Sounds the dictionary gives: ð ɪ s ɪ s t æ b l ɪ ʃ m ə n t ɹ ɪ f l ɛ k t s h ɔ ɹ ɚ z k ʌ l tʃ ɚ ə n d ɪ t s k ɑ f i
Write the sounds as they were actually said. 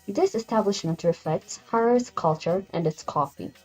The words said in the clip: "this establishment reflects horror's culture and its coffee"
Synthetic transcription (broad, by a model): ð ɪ s ɪ s t æ b l ɪ ʃ m ə n t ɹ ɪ f ɛ k t s h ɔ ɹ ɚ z k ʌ l tʃ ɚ ə n d ɪ t s k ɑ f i